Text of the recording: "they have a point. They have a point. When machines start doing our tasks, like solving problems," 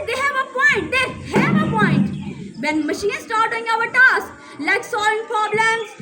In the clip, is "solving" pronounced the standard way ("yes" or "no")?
no